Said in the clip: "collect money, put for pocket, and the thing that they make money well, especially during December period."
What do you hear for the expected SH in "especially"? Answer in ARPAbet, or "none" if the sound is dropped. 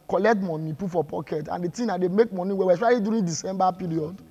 none